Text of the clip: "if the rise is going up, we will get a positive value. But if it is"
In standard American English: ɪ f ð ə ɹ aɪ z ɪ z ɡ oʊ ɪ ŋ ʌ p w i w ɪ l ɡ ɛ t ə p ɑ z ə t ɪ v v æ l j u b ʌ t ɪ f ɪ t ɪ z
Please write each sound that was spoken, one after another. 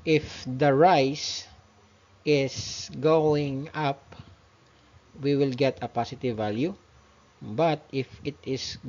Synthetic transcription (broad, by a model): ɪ f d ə ɹ aɪ s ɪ s ɡ oʊ ɪ ŋ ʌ p w i w ɪ l ɡ ɛ t ə p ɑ s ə t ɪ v v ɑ l j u b ʌ t ɪ f ɪ t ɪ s